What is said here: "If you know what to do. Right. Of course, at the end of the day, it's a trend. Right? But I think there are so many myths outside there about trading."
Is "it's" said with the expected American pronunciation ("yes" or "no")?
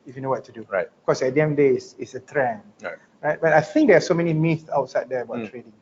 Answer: no